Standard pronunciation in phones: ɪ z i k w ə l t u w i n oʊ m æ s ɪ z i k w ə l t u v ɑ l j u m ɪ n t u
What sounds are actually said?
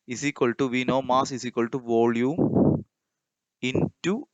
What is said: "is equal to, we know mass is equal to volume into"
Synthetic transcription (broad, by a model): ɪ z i k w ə l t u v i n oʊ m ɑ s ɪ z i k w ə l t u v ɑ l j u ɪ n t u